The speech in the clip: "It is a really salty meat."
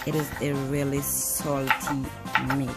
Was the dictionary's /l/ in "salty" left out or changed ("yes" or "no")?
no